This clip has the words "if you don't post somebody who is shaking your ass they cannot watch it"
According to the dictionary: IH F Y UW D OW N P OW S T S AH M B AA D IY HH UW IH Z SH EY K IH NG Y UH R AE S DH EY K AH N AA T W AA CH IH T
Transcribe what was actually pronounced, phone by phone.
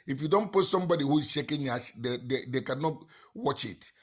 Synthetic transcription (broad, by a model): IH F Y UW D OW N P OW T S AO M B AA D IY HH UW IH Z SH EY K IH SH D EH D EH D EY K AH N AA T W AA CH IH T